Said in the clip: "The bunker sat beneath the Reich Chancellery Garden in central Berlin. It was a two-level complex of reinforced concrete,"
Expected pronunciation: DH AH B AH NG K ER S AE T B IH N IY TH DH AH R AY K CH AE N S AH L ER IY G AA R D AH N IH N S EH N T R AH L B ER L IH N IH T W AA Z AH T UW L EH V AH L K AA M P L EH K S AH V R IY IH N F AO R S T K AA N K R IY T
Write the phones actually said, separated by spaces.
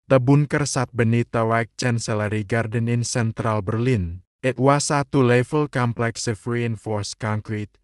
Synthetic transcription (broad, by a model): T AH B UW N K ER S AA T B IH N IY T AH W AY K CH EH N S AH L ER IY G AA R D AH N IH N S EH N T R AH L B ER L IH N IH T W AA S AH T UW L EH F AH L K AA M P L EH K S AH F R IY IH N F AO R S K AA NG K R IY T